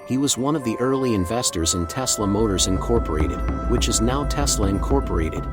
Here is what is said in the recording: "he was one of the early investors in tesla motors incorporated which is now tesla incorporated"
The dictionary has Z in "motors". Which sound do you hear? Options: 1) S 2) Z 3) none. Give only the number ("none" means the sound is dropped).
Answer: 2